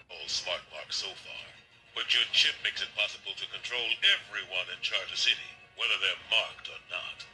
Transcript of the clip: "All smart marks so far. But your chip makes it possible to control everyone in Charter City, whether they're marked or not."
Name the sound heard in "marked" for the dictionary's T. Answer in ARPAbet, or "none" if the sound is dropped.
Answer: T